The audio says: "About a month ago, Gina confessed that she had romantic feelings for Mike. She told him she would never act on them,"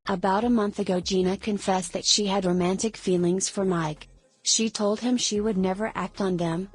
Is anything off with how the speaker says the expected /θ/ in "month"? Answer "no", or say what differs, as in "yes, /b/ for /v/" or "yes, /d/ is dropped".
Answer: no